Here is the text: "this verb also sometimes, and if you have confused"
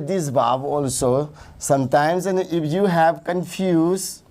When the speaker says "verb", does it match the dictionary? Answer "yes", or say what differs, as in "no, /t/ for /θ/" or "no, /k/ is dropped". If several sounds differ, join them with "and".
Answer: no, /b/ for /v/